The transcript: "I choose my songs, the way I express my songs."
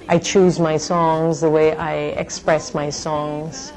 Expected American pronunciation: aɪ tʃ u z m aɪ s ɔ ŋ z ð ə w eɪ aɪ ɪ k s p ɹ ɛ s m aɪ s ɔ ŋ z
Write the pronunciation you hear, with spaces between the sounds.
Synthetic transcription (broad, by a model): aɪ tʃ u z m aɪ s ɔ ŋ z ð ə w eɪ aɪ ɪ k s p ɹ ɛ s m aɪ s ɔ ŋ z